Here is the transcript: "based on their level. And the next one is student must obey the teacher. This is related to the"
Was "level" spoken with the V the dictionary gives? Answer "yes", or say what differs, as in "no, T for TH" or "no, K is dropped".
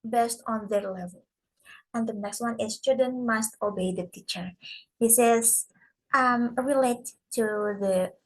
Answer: yes